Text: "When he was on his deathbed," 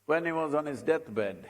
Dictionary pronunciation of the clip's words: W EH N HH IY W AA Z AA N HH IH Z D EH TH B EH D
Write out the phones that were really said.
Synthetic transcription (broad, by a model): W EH N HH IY W AA Z AA N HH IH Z D EH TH B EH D